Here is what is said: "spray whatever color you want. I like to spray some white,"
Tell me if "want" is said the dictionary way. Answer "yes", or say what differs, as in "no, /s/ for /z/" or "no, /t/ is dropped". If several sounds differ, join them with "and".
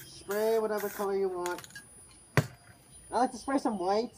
yes